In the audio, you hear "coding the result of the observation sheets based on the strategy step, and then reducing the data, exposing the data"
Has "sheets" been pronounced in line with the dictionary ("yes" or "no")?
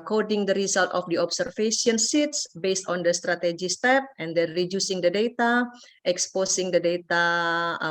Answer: no